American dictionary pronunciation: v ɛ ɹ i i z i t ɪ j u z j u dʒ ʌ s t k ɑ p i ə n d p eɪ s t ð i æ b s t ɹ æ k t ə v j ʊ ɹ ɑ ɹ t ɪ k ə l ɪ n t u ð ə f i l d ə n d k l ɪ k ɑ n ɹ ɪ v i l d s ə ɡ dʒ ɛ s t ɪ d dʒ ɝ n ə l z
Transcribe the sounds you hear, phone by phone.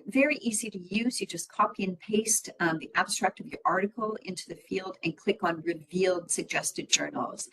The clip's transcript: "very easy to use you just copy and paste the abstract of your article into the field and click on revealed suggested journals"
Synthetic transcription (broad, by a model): v ɛ ɹ i i z i t ɪ j u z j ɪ dʒ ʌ s k ɑ p i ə n p eɪ s t ð i æ b s t ɹ æ k t ə v j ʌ ɹ ɑ ɹ t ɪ k l ɪ n t u ð ə f i l d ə n k l ɪ k n ɹ ɪ v i l d s ə ɡ dʒ ɛ s t ɪ d dʒ ɝ n l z